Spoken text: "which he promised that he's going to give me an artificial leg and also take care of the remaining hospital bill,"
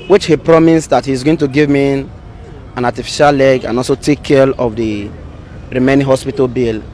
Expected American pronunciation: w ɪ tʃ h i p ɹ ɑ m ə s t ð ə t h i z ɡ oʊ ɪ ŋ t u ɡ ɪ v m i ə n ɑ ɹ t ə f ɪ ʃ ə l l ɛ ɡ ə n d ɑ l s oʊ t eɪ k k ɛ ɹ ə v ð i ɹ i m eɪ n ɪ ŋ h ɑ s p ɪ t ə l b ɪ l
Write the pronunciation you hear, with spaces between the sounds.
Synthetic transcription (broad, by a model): w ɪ tʃ h i p ɹ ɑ m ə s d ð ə t h i z ɡ oʊ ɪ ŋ t u ɡ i v m i ə n ɑ t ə f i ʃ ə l l ɛ ɡ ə n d ɑ l s oʊ t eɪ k k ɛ l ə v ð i ɹ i m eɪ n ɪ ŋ h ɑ s p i t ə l b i l